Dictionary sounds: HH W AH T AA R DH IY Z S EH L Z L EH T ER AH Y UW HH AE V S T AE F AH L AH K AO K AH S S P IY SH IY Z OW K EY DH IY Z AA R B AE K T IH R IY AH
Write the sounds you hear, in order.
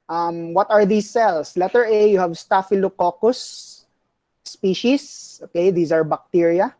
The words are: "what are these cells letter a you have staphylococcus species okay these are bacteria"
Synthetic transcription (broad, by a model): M W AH T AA R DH IY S EH L S L EH T ER AH Y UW HH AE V S T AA F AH L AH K AO K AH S S P IY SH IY S OW K EY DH IY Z AA R B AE K T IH R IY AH